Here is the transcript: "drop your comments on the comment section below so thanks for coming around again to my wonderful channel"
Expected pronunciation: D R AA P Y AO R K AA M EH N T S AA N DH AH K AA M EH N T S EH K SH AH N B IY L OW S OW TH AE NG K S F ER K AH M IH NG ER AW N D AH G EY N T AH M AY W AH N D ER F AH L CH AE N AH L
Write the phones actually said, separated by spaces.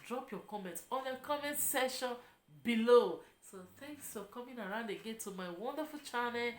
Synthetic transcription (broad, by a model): D R AA P Y AO K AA M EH N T AA N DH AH K AA M EH N T S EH SH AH N B IY L OW S OW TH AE NG K S F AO K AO M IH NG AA AW N D AH G EY N T AH M AY W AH N D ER F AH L CH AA N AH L